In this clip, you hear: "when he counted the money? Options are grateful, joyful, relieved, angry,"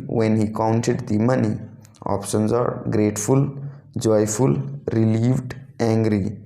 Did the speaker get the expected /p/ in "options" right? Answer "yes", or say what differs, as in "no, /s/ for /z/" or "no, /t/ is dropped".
yes